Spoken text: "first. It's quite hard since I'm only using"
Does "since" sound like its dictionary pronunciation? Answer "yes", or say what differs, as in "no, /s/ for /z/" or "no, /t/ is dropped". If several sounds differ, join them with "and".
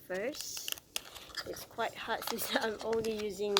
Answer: no, /n/ is dropped